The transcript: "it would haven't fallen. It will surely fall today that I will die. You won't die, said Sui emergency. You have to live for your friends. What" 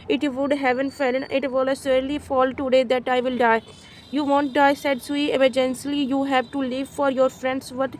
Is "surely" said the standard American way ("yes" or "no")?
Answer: no